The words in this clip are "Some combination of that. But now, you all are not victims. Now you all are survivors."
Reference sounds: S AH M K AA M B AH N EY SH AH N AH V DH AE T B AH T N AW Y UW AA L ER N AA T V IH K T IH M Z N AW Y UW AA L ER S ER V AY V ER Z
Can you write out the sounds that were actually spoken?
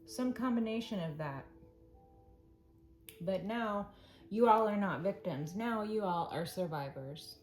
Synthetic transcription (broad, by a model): S AH M K AA M B AH N EY SH AH N AH V DH AE T B AH T N AW Y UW AA L ER N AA T V IH K T IH M Z N AW Y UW AA L ER S ER V AY V ER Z